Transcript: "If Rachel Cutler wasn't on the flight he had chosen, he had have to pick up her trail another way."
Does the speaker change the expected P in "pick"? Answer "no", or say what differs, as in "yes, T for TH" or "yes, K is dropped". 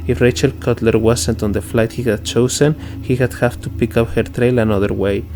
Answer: no